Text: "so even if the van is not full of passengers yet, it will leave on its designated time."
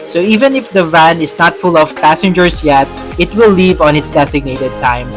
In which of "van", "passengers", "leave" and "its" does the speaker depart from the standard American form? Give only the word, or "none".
passengers